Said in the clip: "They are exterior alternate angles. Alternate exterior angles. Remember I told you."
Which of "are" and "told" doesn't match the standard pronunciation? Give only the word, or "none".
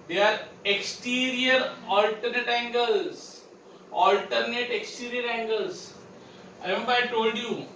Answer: none